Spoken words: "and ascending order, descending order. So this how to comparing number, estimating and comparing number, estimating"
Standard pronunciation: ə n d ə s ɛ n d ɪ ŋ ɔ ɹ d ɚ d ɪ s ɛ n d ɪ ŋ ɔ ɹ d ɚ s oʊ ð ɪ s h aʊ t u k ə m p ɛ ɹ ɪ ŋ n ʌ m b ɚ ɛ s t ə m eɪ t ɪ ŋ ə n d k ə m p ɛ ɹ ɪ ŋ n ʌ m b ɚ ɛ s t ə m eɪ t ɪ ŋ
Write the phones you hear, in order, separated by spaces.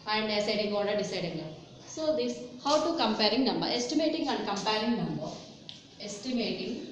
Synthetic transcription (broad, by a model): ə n d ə s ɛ d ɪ ŋ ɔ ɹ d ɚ d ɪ s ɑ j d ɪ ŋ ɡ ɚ s oʊ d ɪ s h aʊ t u k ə m p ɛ ɹ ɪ ŋ n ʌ m b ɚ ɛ s t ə m eɪ t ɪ ŋ ə n d k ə m p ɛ ɹ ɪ ŋ n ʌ m b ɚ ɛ s t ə m eɪ t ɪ ŋ